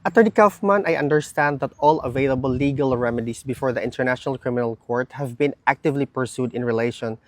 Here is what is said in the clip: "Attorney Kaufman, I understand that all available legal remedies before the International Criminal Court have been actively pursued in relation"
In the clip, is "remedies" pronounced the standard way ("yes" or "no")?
no